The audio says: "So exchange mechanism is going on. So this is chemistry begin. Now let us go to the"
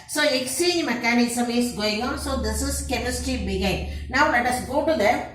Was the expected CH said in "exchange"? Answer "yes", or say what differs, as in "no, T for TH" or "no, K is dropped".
no, CH is dropped